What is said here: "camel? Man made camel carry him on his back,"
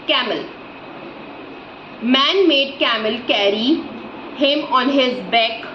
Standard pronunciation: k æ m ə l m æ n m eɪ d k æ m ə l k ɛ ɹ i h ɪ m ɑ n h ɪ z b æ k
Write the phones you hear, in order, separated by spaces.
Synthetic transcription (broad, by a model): k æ m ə l m æ n m eɪ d k æ m ə l k ɛ ɹ i h ɪ m ɑ n h ɪ z b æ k